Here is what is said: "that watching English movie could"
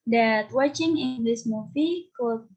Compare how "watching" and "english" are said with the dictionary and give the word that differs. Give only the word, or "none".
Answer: english